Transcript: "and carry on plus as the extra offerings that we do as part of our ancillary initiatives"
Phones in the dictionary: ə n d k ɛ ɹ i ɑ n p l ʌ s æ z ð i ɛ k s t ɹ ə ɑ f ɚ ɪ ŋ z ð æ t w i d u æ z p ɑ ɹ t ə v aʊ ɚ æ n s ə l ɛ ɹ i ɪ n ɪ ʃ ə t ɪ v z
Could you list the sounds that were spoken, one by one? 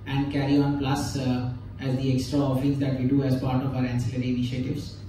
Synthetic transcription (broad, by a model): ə n d k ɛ ɹ i ɑ n p l ʌ s æ z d i ɛ k s t ɹ ə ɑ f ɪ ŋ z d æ t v i d u æ z p ɑ ɹ t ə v aʊ ɚ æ n s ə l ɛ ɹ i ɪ n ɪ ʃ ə t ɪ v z